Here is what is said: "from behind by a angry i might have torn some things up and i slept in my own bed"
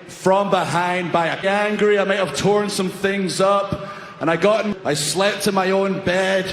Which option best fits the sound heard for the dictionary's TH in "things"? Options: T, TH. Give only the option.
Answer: TH